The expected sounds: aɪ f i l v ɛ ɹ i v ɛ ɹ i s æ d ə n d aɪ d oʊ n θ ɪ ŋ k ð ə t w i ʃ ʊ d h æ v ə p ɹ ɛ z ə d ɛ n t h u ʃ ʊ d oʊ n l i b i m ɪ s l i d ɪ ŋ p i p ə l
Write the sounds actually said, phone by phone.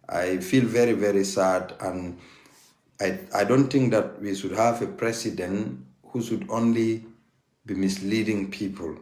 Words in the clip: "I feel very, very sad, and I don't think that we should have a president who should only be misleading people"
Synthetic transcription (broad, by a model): aɪ f i l v ɛ ɹ i v ɛ ɹ i s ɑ d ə n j aɪ d oʊ n t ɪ ŋ k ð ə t w i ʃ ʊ d h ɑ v ə p ɹ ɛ s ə d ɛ n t h u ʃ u d oʊ n l i b i m ɪ s l i d ɪ ŋ p i p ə l